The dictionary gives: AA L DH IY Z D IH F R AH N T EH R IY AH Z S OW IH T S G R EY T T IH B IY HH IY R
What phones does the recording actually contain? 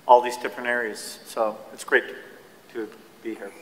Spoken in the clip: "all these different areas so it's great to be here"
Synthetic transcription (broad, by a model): AA L DH IY Z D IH P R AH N EH R IY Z S OW IH T S G R EY T T IH B IY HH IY R